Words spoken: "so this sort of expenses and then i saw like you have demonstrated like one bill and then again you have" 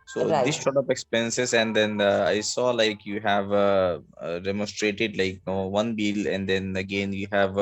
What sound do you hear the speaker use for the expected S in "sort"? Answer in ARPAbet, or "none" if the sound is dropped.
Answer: SH